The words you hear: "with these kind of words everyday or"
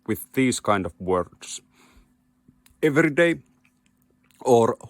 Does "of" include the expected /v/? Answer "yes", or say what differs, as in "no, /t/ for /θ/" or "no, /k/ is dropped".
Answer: yes